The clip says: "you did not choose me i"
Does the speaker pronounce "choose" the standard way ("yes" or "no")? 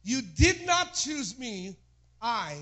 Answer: yes